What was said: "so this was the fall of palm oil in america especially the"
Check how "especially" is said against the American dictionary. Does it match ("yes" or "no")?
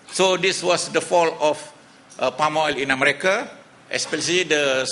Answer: no